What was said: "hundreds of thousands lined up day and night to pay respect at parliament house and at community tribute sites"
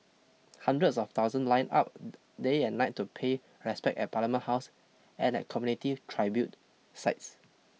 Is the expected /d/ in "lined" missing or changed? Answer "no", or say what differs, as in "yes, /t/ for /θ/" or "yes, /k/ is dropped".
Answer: yes, /d/ is dropped